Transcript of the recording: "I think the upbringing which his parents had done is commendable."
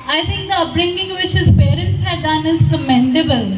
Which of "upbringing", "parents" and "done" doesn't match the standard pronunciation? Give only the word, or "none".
upbringing